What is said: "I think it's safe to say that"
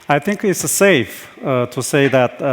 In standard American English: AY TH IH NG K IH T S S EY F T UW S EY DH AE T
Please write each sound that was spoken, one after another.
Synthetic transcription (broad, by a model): AY TH IH NG K IH T S S EY F T UW S EY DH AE T